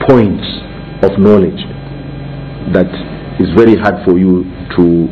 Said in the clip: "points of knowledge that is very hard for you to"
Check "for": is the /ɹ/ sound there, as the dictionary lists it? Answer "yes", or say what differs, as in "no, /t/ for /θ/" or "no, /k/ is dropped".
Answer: yes